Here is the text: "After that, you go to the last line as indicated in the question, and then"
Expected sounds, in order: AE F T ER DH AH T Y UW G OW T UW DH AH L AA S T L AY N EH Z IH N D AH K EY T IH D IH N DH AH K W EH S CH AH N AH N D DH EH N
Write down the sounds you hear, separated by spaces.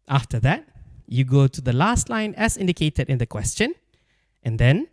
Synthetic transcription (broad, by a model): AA F T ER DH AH T Y UW G OW T UW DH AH L AA S T L AY N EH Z IH N D AH K EY T IH D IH N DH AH K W EH S CH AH N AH N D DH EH N